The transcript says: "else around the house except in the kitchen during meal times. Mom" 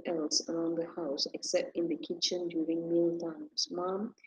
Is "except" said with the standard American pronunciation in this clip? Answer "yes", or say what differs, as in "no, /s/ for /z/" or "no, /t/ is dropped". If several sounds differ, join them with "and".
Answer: yes